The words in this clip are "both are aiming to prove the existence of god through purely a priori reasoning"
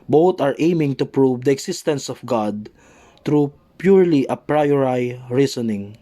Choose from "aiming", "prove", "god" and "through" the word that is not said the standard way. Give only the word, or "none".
through